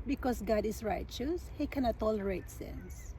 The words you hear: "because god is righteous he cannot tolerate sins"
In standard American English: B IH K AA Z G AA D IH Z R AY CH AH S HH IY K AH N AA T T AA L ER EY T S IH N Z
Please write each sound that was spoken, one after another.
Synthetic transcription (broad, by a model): B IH K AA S G AA D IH S R AY CH AH S HH IY K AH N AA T T AA L ER EY T S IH N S